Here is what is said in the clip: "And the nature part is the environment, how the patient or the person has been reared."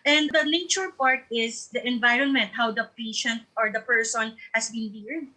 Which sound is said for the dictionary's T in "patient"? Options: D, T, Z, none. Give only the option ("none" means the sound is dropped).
T